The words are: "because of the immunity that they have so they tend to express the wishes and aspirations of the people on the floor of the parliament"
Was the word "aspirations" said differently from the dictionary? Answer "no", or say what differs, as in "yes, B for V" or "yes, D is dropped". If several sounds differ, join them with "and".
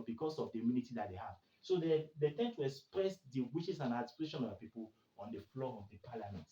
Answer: yes, S is dropped and Z is dropped